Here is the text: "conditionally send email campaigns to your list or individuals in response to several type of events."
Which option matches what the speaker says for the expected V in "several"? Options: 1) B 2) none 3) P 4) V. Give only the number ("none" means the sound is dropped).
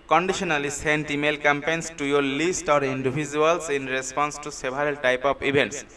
1